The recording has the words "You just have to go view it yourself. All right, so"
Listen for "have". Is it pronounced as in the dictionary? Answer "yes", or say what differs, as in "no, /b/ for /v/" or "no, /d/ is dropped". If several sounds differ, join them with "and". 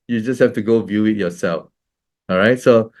no, /f/ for /v/